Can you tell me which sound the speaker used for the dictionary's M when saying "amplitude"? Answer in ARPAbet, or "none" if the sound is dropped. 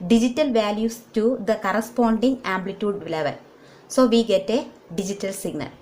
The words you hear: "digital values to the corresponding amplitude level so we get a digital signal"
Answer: M